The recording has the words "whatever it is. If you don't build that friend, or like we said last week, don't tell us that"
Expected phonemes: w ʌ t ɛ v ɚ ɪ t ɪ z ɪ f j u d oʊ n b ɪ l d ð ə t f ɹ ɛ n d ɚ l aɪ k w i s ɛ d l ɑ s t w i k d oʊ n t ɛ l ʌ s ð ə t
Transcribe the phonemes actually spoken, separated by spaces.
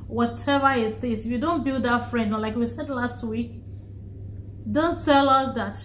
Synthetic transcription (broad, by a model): w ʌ t ɛ v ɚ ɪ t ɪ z ɪ f j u d oʊ n b ɪ l d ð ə t f ɹ ɛ n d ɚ l aɪ k w i s ɛ d l ɑ s t w i k d oʊ n t ɛ l ʌ s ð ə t